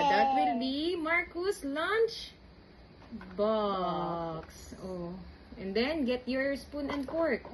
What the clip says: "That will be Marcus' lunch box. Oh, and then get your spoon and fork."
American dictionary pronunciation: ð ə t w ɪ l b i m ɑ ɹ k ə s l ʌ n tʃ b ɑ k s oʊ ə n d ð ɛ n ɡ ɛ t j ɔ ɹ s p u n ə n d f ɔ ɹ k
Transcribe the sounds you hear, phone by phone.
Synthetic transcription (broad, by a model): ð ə t w ɪ l b i m ɑ ɹ k ə s l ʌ n tʃ b ɑ k s oʊ ə n d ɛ n ɡ ɛ t j ɔ ɹ s p u n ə n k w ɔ ɹ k